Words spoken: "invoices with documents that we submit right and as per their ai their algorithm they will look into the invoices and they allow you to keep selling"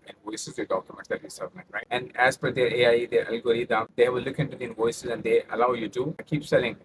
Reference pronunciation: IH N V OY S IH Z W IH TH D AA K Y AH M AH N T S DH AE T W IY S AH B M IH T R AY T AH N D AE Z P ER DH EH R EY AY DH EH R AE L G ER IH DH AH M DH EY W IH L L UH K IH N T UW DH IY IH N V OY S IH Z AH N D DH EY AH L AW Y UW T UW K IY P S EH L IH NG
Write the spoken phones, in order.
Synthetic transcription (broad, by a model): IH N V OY S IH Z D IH D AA K Y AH M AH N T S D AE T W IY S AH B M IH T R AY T AH N D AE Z F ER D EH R EY AY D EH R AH L G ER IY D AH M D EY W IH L L UH K IH N T UW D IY IH N V OY S IH Z AH N D EY AH L AW Y UW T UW K IY P S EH L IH NG